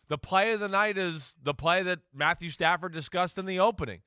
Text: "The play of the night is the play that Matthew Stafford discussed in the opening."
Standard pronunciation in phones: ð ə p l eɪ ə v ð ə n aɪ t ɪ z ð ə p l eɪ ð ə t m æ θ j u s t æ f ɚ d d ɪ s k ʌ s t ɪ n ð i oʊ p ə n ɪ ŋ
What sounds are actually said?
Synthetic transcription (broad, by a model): ð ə p l eɪ ə v ð ə n aɪ t ɪ z ð ə p l eɪ ð ə t m æ θ j u s t æ f ɚ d d ɪ s k ʌ s t ɪ n ð i oʊ p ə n ɪ ŋ